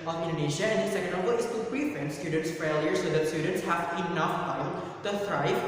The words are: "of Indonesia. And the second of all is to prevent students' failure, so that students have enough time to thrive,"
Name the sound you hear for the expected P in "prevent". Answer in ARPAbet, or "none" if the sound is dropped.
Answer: B